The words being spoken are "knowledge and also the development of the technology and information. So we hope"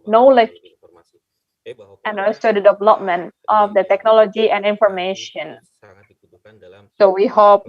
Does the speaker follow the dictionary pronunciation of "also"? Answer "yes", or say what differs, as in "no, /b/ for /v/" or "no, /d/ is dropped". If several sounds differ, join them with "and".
no, /l/ is dropped